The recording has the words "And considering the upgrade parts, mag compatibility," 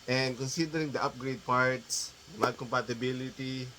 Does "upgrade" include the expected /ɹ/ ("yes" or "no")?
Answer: yes